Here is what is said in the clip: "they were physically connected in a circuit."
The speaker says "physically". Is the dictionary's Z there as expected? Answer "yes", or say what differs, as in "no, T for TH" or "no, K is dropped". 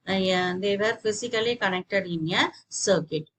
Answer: no, S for Z